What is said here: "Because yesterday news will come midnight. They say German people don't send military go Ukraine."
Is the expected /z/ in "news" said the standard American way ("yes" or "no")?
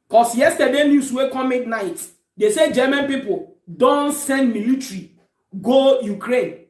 no